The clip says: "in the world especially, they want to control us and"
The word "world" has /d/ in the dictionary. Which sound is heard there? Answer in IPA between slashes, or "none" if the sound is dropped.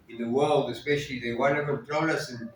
/d/